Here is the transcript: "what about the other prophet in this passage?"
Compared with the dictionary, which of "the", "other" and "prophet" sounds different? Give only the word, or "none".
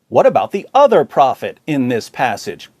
none